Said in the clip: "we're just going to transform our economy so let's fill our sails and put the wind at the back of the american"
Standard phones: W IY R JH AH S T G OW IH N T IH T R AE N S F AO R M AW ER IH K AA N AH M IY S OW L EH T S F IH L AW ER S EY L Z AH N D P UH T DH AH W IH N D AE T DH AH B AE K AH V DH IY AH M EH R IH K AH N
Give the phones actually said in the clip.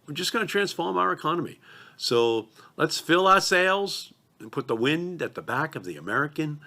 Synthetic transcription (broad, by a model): W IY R JH AH S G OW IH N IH T R AE N S F AO R M AW ER IH K AA N AH M IY S OW L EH T S F IH L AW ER S EY L Z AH N P UH T DH AH W IH N D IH T DH AH B AE K AH V DH IY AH M EH R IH K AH N